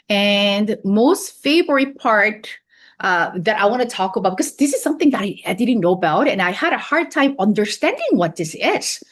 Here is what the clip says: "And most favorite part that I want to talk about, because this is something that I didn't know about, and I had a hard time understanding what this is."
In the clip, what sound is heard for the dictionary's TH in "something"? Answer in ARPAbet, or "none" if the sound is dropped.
TH